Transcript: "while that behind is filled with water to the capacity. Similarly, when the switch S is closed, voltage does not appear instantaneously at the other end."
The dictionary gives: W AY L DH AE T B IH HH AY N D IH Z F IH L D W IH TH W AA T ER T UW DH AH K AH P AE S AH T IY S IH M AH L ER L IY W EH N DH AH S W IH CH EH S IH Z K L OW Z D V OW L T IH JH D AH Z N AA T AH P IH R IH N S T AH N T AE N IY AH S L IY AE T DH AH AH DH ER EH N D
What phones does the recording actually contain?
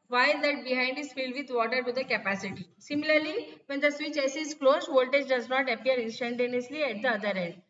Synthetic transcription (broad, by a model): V AY L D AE T B IH HH AY N D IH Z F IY L D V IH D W AA T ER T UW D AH K AH P AE S AH T IY S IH M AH L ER L IY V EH N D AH S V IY CH EH S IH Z K L OW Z V OW L T IH JH D AH Z N AA T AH P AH R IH N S T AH N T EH N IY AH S L IY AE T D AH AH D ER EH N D